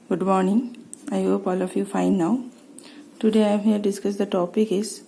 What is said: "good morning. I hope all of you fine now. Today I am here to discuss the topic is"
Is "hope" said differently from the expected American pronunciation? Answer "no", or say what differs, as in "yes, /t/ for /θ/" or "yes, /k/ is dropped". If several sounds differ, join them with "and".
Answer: no